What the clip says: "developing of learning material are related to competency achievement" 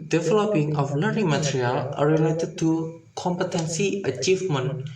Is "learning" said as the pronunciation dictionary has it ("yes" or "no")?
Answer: no